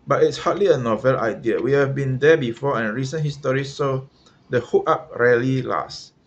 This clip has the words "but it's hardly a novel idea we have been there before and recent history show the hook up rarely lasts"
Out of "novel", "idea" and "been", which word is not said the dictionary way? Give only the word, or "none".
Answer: none